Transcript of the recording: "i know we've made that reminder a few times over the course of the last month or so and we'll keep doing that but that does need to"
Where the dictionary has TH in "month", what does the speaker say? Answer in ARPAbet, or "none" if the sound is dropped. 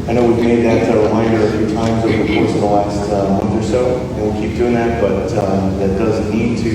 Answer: TH